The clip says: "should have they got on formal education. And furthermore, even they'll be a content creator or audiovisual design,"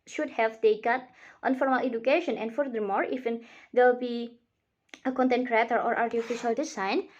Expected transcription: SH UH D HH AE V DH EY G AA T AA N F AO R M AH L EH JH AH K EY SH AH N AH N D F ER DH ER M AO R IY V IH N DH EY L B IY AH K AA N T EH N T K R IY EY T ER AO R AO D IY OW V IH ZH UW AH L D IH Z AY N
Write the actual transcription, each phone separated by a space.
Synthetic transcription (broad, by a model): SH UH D HH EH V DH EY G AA T AA N F AO R M AH L EH JH AH K EY SH AH N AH N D F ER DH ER M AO R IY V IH N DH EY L B IY AH K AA N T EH N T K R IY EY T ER AO R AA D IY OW F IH SH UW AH L D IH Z AY N